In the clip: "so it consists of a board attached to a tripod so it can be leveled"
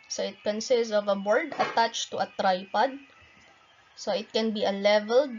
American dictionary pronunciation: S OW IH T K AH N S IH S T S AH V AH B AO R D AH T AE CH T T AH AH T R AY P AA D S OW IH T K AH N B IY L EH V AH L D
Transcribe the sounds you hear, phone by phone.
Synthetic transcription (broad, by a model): S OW IH T K AH N S IH S T S AH V AH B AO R D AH T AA CH T T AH AH T R AY P AA D S OW IH T K AH N B IY L EH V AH L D